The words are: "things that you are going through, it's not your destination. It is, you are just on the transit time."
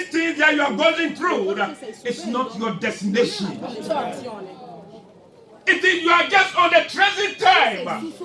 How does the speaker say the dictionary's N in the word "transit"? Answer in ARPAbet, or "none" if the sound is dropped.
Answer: none